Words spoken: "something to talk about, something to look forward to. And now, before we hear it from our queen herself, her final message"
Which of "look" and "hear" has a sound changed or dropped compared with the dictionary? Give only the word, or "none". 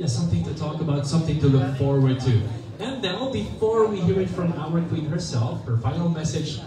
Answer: none